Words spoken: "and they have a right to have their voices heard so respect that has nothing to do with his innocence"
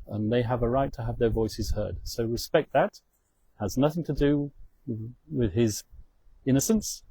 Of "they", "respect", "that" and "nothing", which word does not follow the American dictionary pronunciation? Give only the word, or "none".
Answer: none